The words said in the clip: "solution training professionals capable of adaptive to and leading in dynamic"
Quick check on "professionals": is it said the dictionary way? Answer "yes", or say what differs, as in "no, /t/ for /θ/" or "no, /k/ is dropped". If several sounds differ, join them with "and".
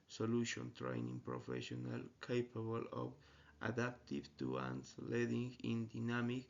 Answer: no, /z/ is dropped